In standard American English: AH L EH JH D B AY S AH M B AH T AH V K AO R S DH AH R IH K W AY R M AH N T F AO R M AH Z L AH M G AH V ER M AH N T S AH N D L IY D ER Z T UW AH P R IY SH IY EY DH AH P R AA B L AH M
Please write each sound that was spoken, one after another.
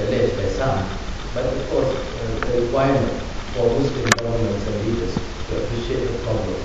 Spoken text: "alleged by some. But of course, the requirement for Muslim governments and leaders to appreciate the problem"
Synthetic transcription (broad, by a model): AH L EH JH B AY S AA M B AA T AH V K AO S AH R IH K W AY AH M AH N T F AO L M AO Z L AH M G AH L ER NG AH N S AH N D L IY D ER S T UW AH P R IY SH IY EY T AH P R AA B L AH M